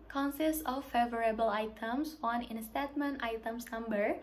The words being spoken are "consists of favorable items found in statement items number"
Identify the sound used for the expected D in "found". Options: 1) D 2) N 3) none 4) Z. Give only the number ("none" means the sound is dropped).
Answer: 3